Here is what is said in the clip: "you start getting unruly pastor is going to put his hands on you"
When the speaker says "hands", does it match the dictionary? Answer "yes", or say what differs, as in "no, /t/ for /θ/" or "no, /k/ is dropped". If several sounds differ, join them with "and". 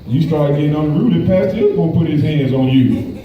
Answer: yes